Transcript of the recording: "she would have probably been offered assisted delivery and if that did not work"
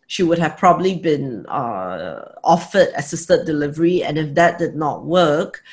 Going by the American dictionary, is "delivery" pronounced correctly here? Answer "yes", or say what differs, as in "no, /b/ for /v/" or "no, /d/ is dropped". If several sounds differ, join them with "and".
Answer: yes